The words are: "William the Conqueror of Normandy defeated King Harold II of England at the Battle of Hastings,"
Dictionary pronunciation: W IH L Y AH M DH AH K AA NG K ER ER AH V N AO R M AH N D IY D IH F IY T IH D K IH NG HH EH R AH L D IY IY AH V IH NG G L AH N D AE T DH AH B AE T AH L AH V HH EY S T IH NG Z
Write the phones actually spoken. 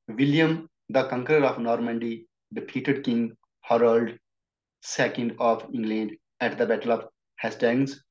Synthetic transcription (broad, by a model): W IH L Y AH M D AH K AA NG K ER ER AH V N AO R M AH N D IY D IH P IY T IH D K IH NG HH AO R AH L D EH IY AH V IH NG G L AH N D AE T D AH B AE T AH L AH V HH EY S T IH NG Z